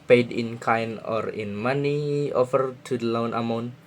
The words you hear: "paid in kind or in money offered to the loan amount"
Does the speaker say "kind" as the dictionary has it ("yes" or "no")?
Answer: no